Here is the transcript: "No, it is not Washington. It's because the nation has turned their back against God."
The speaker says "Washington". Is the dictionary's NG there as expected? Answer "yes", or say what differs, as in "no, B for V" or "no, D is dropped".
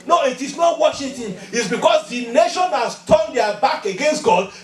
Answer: no, NG is dropped